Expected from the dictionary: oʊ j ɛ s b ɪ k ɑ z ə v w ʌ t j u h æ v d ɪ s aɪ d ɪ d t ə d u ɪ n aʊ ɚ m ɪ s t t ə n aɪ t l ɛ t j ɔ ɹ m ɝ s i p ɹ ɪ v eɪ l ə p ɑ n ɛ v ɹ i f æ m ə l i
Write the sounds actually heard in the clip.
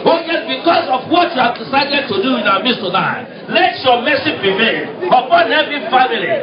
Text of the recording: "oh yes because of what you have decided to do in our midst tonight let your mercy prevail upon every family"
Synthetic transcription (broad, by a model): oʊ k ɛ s b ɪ k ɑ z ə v w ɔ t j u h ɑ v d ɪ s aɪ d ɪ d t ə d u ɪ n aʊ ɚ m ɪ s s t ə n aɪ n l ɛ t j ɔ m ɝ s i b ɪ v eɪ n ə p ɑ n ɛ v i f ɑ m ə l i